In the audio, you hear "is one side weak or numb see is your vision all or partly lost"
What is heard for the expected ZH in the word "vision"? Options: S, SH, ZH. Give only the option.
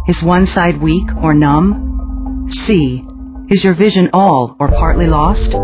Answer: ZH